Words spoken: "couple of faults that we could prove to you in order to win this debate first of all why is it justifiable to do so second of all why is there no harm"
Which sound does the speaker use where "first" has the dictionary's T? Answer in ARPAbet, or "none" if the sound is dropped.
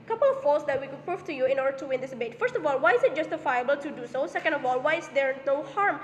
T